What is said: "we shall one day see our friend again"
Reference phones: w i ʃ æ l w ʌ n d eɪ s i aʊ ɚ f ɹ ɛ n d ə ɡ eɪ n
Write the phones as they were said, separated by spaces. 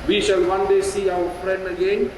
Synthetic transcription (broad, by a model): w i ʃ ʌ l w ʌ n d eɪ s i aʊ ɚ f ɹ ɛ n d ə ɡ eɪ n